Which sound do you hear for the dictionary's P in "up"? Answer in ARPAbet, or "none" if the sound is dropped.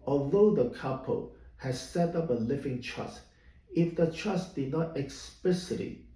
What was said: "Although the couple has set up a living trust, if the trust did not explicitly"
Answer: P